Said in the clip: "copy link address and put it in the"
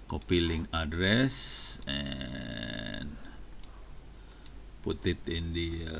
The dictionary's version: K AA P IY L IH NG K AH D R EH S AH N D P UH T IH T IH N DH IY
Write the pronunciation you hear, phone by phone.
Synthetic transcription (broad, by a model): K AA P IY L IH NG AH D R EH S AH N P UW T IH T IH N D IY